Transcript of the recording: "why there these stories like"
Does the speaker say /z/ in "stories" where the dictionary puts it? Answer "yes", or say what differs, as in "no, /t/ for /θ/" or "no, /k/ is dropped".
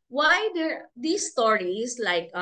no, /s/ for /z/